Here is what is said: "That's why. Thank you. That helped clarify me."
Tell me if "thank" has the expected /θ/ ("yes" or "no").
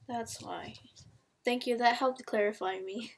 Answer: yes